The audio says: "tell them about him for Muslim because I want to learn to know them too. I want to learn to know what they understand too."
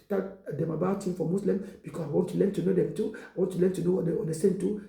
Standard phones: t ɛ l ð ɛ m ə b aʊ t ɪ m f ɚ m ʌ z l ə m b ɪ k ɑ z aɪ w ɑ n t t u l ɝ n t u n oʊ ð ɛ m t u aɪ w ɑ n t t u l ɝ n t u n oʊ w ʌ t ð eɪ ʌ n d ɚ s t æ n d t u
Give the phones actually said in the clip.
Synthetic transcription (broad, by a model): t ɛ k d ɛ m ə b aʊ t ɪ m f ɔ m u s l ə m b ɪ k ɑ s aɪ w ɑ n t t u l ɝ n t u n oʊ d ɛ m t u aɪ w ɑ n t t u l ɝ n t u n oʊ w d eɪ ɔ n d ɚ s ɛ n t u